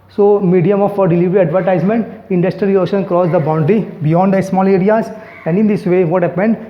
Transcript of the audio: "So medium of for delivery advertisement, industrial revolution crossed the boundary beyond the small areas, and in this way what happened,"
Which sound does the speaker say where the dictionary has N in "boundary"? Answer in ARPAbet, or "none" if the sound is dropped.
N